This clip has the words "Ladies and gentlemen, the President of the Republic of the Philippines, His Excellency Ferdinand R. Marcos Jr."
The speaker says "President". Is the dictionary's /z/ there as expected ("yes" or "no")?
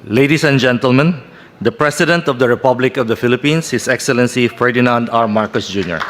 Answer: no